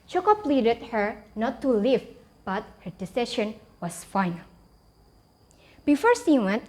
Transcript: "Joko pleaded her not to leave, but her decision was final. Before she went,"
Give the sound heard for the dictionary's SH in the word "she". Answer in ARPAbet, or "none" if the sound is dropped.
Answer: S